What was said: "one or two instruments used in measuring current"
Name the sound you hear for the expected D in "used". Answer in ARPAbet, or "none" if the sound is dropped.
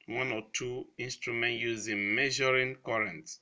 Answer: none